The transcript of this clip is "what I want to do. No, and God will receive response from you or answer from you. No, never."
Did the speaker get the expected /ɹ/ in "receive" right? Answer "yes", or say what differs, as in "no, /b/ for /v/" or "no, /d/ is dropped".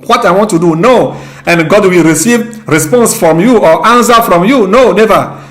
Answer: yes